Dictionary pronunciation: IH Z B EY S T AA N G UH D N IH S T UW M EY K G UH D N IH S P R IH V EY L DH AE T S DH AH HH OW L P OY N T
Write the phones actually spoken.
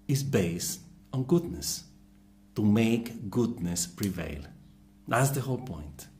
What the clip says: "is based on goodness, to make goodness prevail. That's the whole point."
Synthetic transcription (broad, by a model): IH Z B EY S T AA N G UH D N IH S T UW M EY K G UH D N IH S P R IH V EY L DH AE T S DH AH HH OW L P OY N T